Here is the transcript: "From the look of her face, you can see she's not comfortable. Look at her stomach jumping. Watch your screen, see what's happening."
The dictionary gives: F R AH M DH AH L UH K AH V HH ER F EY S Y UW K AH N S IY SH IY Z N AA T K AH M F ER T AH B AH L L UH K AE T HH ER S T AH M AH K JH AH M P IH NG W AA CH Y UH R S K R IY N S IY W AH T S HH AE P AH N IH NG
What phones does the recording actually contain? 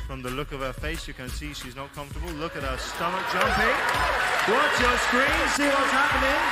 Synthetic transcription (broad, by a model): F R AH M DH AH L UH K AH V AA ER F EY S Y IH K AH N S IY SH IY Z N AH T K AH M F T AH B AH L L UH K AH T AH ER S T AH M AH K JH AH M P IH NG W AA S Y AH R S K R IY N S IY W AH T S HH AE P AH N IH NG